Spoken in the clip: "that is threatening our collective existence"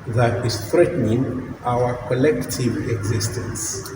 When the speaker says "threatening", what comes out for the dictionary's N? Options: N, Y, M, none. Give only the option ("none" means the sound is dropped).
N